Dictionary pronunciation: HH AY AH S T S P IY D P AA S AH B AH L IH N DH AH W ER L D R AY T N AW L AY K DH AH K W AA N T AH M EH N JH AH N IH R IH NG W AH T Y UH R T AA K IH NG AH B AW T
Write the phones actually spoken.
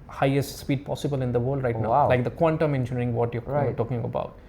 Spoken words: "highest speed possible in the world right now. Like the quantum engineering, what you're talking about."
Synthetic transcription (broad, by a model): HH AY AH S T S P IY D P AA S AH B AH L IH N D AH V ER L D R AY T N AW L AY K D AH K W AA N T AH M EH N SH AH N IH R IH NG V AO T Y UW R T AA K IH NG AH B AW T